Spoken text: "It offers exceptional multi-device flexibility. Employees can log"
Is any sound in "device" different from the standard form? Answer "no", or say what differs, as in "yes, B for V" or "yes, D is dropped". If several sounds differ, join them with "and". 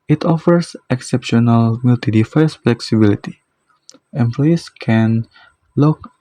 yes, F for V